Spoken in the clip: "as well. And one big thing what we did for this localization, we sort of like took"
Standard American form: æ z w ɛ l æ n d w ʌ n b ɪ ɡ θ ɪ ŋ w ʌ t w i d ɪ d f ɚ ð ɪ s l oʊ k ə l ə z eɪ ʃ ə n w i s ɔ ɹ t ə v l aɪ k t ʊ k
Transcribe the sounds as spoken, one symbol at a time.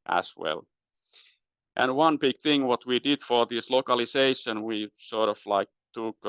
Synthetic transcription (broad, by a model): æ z w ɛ l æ n w ʌ n b ɪ ɡ θ ɪ ŋ w ʌ t w i d ɪ d f ɚ ð ɪ s l oʊ k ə l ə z eɪ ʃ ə n w i s ɔ ɹ t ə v l aɪ k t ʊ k